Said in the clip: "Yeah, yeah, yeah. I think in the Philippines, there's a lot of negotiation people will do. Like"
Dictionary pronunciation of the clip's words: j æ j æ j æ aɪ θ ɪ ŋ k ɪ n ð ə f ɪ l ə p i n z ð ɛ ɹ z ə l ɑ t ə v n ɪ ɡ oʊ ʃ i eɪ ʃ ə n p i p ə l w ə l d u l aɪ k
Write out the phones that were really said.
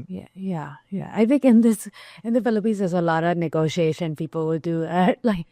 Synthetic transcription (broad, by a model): j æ j æ j æ aɪ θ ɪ ŋ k ɪ n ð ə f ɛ l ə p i z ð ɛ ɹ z ə l ɑ t ə v n ɪ ɡ oʊ ʃ i eɪ ʃ ə n p i p ə l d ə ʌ l aɪ k